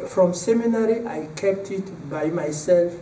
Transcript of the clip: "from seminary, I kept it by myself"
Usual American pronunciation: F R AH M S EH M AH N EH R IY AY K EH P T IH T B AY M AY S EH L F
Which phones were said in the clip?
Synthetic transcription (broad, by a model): F R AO M S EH M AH N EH R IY AY K EH P T IH T B AY M AY S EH L F